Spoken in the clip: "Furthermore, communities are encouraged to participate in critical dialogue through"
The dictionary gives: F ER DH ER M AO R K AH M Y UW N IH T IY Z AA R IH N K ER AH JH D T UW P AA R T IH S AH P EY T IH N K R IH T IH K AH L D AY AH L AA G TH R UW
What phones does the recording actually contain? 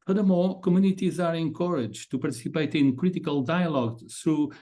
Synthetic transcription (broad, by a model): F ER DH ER M AO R K AH M Y UW N IH T IY Z AA R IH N K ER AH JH T UW P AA R T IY S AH P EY T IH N K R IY T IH K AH L D AY AH L AA G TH R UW